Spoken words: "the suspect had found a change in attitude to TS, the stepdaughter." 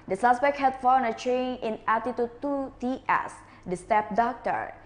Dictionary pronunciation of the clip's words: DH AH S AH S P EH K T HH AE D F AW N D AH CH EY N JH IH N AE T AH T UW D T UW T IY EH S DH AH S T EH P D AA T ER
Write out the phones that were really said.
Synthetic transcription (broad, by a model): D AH S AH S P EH K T HH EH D F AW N AH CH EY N IH N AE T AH T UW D T UW T IY EH S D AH S T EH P D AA T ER